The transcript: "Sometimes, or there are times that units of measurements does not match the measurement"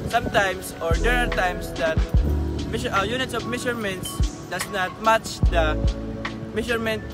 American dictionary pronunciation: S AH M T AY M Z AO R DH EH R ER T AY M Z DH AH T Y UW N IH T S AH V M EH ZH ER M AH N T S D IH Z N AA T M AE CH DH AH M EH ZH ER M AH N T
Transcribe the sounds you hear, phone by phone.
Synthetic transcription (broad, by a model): S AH M T AY M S AO R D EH R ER T AY M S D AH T Y UW N IH T S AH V M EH SH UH M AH N T S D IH S N AA T M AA CH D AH M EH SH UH M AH N T